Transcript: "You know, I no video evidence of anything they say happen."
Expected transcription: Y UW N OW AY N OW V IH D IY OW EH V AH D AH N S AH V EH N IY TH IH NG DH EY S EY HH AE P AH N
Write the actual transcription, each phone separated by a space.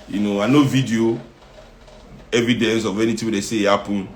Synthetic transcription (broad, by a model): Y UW N OW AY N OW V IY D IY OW EH V AH D AH N S AH V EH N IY T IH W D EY S EY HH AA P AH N